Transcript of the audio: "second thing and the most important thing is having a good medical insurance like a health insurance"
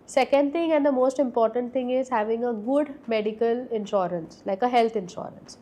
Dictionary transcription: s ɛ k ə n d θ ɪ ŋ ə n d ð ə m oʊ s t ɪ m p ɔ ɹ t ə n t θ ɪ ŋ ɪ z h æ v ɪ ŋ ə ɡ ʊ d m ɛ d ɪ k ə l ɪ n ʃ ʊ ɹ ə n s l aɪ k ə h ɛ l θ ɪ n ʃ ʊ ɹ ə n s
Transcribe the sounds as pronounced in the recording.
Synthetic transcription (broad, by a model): s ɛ k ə n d t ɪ ŋ ə n d ə m oʊ s t ɪ m p ɔ ɹ t ə n t t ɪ ŋ ɪ z h æ v ɪ ŋ ə ɡ ʊ d m ɛ d ɪ k ə l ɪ n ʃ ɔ ɹ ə n s l aɪ k ə h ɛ l t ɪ n ʃ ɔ ɹ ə n s